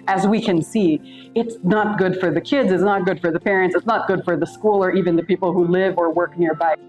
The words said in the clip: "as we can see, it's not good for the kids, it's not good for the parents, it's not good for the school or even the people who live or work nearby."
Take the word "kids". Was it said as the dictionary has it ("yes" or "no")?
yes